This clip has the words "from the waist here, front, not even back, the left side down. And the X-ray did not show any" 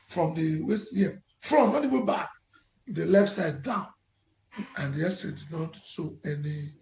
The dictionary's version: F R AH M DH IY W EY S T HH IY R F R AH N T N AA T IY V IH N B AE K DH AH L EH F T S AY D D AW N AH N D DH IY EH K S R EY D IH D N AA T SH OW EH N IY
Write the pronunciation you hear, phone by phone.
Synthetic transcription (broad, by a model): F R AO M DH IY W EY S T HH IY F R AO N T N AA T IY W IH B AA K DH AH L EH F T S AY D D AW N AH N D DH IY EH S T R EY D IH D N AA T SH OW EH N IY